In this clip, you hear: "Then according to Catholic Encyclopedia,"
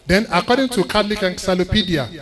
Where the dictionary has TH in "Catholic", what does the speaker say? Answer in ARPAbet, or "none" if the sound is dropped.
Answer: T